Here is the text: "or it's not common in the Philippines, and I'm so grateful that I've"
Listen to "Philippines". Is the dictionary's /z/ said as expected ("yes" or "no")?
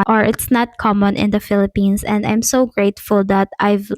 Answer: no